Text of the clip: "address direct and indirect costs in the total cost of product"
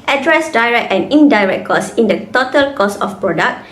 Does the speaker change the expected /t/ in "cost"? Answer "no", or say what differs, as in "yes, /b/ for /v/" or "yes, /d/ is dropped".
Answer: yes, /t/ is dropped